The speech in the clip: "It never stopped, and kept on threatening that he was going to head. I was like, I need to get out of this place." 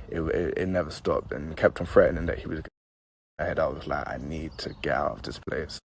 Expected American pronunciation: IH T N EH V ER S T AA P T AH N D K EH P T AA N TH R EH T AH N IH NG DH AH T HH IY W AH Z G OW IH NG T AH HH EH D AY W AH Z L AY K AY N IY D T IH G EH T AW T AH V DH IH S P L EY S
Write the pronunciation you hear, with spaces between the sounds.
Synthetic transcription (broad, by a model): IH T N EH V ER S T AA P T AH N K EH P T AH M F R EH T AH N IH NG DH AH T HH IY W AH Z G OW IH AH HH EH D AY W AH Z L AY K AY N IY D T IH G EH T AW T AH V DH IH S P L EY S